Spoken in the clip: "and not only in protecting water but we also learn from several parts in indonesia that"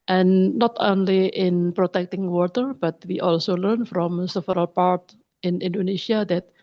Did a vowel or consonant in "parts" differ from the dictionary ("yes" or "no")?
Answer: yes